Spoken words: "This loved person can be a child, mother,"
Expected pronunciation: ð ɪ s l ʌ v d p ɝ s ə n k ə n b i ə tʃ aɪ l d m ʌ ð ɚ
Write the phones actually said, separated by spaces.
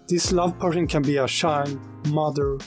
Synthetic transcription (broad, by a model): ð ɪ s l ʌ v p ɝ s ə n k ə n b i ə ʃ aɪ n m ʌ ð ɚ